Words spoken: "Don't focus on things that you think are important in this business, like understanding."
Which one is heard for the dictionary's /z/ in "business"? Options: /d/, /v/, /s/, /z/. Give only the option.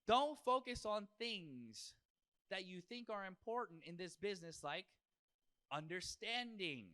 /z/